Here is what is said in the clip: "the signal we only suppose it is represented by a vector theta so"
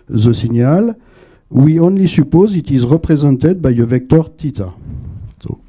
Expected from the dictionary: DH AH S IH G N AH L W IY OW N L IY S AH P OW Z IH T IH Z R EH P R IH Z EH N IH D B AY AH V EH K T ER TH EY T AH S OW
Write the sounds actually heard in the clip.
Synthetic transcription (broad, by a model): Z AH S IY N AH L W IY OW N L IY S AH P OW Z IH T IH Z R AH P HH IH Z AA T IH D B AY AH V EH K T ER T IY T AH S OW